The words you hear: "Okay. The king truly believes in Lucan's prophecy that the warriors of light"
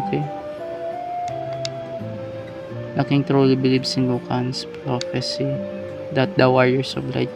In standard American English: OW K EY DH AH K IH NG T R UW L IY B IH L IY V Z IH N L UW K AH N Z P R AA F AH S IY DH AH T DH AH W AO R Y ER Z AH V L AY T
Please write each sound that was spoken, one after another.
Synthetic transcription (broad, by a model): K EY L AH K IH NG T R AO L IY B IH L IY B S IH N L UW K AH N S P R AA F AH S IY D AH T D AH W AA R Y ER S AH B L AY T